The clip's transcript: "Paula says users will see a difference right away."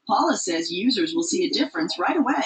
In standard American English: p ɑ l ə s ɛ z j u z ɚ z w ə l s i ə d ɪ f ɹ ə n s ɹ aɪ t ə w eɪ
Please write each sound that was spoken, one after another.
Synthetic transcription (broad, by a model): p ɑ l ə s ɛ z j u z ɚ z w ə l s i ə d ɪ f ɹ ə n s ɹ aɪ t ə w eɪ